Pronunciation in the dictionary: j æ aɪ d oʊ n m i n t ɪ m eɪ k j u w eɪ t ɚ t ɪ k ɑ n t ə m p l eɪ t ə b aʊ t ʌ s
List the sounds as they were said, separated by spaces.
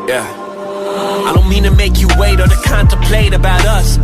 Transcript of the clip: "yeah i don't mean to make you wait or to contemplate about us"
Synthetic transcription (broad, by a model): j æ aɪ d oʊ n m i n t ɪ m eɪ k j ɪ w eɪ t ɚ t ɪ k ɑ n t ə p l eɪ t ə b aʊ t ʌ s